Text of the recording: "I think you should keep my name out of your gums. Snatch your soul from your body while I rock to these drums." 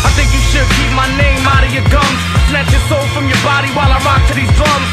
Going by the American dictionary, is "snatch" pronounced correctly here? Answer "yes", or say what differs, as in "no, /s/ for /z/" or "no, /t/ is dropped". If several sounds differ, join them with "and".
no, /l/ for /n/